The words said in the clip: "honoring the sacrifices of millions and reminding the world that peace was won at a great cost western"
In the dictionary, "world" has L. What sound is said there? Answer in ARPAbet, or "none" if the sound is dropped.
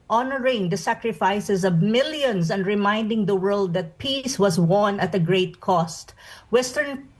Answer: L